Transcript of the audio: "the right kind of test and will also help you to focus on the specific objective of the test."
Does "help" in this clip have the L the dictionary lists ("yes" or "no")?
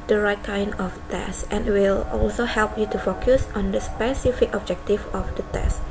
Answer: yes